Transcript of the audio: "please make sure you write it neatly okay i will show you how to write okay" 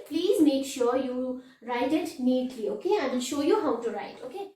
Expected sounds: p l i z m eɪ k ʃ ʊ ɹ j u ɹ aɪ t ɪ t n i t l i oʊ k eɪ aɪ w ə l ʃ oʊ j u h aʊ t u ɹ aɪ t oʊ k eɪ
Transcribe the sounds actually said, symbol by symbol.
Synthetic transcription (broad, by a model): p l i z m eɪ k ʃ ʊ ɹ j u ɹ aɪ t ɪ t n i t l i oʊ k eɪ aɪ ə n ʃ oʊ j u h aʊ t u ɹ aɪ t oʊ k eɪ